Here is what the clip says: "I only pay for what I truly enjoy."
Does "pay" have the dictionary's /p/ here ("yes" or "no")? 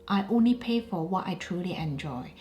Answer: yes